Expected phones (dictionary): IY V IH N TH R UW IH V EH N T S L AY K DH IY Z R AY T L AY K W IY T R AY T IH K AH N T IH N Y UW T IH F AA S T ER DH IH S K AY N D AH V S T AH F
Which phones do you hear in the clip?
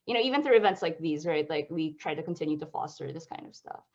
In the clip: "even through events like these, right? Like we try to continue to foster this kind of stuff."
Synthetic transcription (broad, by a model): IY V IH N TH R UW IH V EH N T S L AY K DH IY Z R AY T L AY K W IY T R AY T IH K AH N T IH N Y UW T IH F AA S T ER DH IH S K AY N D AH V S T AH F